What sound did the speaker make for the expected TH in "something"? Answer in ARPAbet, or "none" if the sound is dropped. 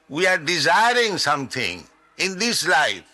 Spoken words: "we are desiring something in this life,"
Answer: T